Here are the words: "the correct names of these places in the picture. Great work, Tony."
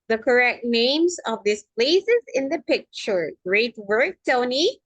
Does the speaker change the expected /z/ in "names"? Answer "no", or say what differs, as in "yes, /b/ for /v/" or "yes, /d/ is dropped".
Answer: no